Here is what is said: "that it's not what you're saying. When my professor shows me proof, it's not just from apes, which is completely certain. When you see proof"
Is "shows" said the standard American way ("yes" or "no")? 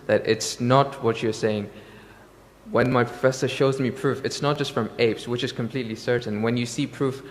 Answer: yes